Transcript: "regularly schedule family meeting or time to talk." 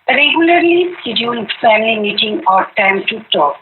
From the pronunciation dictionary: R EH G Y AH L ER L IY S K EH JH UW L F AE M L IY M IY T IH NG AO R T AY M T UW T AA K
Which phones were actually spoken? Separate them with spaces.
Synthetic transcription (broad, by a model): R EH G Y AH L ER L IY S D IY UW N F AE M L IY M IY T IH NG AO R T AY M T UW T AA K